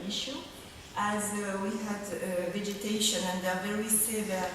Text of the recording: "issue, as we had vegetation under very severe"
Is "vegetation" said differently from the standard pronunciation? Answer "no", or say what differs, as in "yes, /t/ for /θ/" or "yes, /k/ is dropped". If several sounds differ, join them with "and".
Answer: no